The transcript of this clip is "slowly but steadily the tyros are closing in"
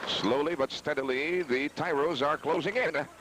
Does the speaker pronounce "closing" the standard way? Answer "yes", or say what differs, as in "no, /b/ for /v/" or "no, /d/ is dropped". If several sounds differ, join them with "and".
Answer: yes